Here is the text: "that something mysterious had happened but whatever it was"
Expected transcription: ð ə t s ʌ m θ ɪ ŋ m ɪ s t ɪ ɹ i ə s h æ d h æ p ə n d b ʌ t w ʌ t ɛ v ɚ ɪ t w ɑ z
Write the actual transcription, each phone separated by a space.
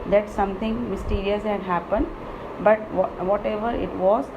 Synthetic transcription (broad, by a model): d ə t s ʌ m t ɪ ŋ m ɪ s t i ɹ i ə s h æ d h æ p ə n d b ʌ t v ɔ t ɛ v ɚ ɪ t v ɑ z